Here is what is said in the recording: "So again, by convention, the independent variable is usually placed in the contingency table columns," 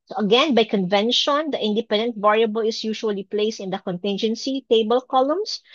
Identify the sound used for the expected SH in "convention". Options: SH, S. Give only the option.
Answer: SH